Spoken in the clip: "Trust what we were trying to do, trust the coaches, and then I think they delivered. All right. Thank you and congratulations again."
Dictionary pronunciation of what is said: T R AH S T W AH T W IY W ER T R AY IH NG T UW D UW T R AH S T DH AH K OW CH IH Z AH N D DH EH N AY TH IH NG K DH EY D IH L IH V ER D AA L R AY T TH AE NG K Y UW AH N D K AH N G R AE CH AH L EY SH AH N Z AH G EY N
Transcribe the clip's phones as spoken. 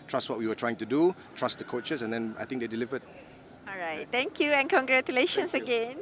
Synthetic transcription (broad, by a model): T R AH S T W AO T W IY W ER T R AY IH NG T UW D UW T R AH S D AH K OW CH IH S AH N D EH N AY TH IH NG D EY D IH L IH V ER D AA L R AY T T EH NG K Y UW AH N K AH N G R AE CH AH L EY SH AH N S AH G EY N